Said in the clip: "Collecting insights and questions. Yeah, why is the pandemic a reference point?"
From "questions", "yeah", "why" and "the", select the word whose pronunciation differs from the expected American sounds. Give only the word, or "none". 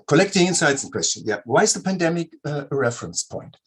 questions